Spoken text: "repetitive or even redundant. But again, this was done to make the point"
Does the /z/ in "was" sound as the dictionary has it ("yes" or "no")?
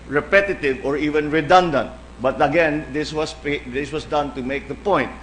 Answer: no